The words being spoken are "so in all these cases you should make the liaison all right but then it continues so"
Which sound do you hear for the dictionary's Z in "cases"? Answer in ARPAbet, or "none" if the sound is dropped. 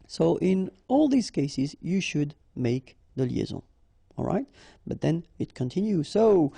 Z